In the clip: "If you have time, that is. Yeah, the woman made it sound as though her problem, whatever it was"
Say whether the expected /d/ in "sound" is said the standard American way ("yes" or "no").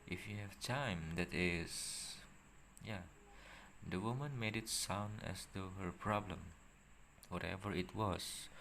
yes